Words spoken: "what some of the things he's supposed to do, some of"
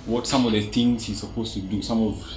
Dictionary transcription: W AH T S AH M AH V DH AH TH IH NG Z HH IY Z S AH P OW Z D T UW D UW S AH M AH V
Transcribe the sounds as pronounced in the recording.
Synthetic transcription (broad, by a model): W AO T S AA M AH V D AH T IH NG S HH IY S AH P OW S T UW D UW S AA M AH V